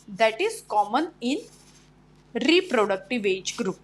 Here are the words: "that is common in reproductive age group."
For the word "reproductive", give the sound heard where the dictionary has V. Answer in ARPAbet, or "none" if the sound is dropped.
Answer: V